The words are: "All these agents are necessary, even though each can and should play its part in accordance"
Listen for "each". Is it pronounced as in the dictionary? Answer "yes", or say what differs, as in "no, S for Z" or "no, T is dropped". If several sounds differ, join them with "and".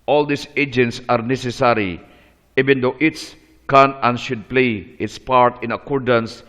no, S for CH